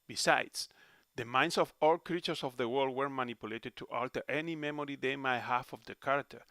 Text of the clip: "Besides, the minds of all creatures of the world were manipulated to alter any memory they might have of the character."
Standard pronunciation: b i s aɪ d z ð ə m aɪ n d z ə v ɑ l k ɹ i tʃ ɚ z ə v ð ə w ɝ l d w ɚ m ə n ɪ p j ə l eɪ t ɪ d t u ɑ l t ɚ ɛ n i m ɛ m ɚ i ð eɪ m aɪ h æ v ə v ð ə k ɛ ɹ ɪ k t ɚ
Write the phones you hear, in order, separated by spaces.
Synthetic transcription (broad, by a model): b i s aɪ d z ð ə m aɪ n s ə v ɑ l k ɹ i tʃ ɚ s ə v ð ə w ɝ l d w ɚ m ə n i p j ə l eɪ t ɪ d t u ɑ l t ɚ ɛ n i m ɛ m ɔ i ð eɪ m aɪ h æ f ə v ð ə k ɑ ɹ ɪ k t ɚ